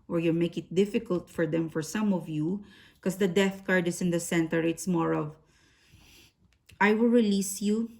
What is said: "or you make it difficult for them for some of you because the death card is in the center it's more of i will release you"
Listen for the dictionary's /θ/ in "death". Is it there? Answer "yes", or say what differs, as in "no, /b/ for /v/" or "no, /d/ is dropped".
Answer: yes